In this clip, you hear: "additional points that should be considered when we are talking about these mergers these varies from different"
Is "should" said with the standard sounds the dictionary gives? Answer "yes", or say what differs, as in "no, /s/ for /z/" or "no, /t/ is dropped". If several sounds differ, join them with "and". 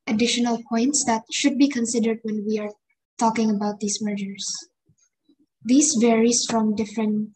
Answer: yes